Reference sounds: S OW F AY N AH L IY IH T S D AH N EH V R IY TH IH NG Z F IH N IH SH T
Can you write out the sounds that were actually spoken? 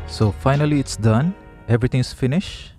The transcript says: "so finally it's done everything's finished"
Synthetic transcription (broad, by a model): S OW F AY N AH L IY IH T S D AH N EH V R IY T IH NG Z F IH N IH SH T